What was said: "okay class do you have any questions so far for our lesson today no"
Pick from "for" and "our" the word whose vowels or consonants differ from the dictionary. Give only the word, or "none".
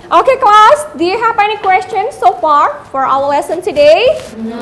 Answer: our